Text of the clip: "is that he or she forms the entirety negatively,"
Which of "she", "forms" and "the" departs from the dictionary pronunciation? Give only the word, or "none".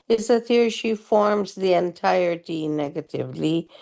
none